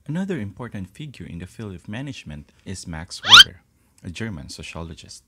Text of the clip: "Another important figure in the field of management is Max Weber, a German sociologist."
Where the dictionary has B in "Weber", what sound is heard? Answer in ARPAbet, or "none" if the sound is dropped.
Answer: none